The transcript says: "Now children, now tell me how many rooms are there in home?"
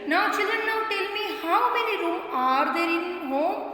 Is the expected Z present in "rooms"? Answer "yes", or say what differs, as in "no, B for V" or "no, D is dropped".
no, Z is dropped